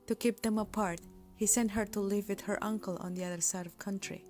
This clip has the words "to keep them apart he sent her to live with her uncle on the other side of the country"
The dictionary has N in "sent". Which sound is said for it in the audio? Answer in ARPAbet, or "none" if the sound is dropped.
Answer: N